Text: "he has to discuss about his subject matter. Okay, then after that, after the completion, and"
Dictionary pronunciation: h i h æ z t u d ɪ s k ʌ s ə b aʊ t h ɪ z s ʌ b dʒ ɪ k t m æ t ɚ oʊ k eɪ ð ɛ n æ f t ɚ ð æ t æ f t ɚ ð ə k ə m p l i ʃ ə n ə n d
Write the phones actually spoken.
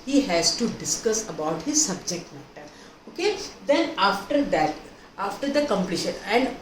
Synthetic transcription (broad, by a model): h i h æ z t u d ɪ s k ʌ s ə b aʊ t h ɪ z s ʌ b dʒ ɪ k t m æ t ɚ oʊ k eɪ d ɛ n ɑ f t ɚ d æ t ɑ f t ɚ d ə k ə m p l i ʃ ə n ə n d